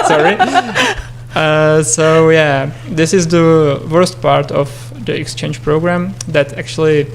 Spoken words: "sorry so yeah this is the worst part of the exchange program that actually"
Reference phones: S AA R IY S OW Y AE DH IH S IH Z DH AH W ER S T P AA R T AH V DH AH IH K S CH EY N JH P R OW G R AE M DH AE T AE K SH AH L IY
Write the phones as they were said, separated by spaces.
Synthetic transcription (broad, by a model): S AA R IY S OW Y AE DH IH S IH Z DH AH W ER S T P AA R T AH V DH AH IH K S CH EY N JH P R OW G R AE M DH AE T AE K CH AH L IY